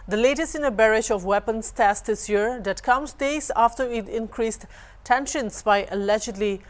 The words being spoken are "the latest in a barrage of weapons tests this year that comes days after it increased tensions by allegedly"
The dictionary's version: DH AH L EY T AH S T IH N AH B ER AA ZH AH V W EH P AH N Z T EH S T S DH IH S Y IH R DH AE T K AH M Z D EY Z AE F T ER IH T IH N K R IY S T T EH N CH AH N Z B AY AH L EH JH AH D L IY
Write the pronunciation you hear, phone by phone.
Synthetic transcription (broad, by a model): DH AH L EY T AH S T IH N AH B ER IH SH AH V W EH P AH N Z T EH S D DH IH S Y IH R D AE T K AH M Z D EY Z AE F T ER IH T IH N K R IY S T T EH N SH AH N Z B AY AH L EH JH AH D L IY